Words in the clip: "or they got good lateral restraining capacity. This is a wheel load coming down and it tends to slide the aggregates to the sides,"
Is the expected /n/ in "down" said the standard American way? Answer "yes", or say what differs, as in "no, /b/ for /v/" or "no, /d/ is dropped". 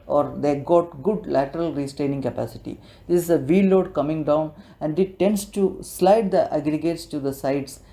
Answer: yes